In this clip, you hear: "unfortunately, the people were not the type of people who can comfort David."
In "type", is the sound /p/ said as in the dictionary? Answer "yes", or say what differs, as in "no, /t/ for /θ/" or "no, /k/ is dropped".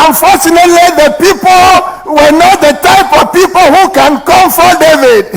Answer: yes